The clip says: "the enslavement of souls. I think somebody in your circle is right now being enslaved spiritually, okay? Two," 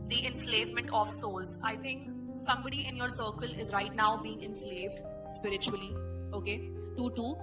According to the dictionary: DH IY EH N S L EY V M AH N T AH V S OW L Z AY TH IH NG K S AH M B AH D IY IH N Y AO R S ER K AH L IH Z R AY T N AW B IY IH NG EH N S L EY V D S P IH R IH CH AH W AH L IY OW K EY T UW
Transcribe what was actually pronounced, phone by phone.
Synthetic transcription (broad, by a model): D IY EH N S L EY V M AH N T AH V S OW L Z AY T IH NG K S AH M B AH D IY IH N Y AO R S ER K AH L IH Z R AY T N AW B IY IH NG EH N S L EY V D S P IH R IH CH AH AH L IY OW K EY T UW